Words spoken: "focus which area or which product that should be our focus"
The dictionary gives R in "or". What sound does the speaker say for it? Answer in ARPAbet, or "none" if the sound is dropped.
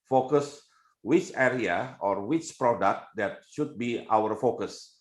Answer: R